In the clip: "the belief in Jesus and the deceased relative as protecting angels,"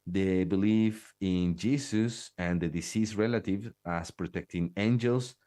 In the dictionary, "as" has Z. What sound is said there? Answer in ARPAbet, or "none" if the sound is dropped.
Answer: S